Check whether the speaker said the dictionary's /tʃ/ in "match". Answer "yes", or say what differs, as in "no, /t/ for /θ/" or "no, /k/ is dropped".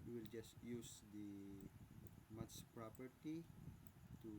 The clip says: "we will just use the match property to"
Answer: no, /s/ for /tʃ/